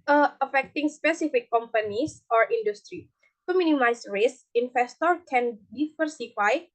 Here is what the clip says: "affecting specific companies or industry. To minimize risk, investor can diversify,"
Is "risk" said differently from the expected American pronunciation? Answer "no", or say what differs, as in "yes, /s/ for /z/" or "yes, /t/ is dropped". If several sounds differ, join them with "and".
yes, /k/ is dropped